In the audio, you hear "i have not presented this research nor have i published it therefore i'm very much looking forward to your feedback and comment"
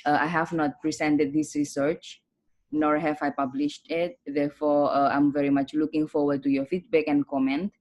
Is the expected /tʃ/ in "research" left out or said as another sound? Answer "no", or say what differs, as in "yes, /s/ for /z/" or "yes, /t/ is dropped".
no